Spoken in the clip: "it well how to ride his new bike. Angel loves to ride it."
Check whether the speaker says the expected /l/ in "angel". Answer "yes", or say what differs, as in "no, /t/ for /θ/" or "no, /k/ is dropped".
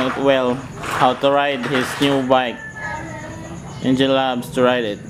no, /n/ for /l/